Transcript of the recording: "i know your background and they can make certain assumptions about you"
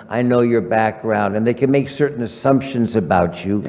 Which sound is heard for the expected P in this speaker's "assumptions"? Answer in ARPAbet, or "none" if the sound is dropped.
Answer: P